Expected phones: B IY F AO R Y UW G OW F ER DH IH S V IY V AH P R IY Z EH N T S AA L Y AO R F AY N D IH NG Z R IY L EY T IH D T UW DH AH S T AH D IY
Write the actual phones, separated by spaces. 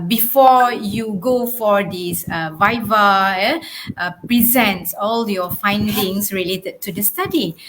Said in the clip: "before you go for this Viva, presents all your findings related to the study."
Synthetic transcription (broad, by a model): B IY F AO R Y UW G OW F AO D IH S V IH V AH P R IY Z EH N T S AA L Y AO F AY N D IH NG S R IY L EY T IH D T UW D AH S T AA D IY